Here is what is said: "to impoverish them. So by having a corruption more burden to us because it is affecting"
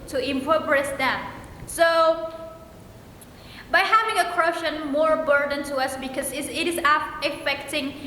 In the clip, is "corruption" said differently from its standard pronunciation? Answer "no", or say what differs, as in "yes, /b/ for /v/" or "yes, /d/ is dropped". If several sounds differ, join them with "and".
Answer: yes, /p/ is dropped